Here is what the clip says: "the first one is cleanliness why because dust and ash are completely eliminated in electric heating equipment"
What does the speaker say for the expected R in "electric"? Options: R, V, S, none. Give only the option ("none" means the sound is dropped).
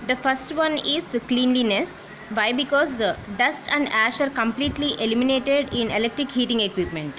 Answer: R